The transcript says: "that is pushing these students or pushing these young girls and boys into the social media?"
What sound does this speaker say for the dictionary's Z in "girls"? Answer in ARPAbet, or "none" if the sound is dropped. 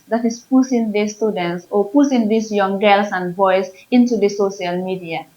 S